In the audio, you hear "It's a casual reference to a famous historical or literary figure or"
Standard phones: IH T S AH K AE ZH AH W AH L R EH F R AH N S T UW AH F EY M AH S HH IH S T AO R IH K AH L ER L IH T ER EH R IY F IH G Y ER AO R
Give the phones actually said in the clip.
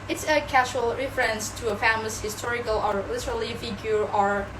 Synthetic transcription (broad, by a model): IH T S AH K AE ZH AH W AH L R EH F R AH N S T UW AH F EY M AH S HH IH S T AO R IH K AH L ER L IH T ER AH L IY F IH G Y ER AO R